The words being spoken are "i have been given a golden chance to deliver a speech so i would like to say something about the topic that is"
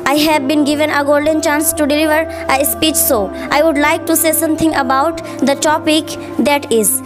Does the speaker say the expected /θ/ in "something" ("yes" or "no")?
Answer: no